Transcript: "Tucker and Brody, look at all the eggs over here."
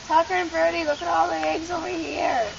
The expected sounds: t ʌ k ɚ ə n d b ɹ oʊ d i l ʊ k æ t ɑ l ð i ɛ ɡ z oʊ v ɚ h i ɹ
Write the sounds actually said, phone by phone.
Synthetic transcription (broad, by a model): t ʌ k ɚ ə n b ɹ d i l ʊ k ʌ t ɑ l ð i ɛ ɡ z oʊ i h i ɹ